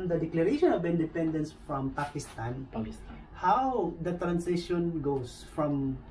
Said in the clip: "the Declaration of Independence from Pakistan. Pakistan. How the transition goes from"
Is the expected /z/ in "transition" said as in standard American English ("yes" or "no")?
no